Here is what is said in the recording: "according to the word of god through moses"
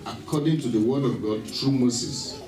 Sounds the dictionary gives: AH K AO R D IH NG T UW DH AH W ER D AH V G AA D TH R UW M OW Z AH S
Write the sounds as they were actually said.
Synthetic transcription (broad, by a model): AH K AO D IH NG T UW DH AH W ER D AH V G AA D T R UW M OW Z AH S